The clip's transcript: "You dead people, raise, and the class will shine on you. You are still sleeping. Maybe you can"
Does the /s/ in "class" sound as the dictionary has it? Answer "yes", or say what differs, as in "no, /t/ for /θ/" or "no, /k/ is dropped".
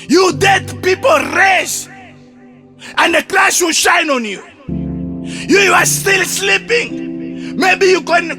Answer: no, /ʃ/ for /s/